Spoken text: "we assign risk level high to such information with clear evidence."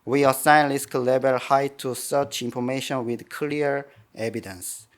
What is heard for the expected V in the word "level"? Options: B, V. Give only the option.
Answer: B